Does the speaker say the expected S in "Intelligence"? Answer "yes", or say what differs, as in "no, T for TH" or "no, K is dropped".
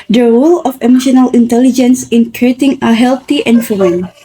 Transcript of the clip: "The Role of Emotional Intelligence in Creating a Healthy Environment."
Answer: yes